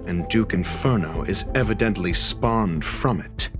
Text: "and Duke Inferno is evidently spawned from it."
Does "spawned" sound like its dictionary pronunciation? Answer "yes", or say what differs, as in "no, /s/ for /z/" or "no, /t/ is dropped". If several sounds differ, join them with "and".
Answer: yes